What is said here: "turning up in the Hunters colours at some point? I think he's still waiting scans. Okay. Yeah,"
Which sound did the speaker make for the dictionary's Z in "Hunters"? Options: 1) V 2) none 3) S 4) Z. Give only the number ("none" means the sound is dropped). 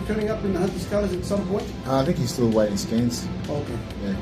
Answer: 3